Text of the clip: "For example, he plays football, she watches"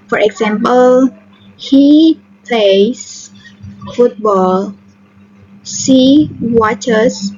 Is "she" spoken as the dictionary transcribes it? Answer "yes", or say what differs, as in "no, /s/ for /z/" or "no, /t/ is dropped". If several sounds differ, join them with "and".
no, /s/ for /ʃ/